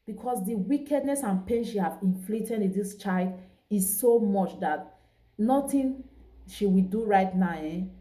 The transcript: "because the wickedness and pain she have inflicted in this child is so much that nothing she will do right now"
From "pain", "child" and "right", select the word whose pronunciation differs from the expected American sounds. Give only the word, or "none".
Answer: none